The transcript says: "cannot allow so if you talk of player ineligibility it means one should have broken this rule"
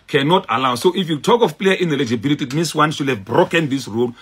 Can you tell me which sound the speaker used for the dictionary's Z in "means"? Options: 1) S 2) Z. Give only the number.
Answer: 1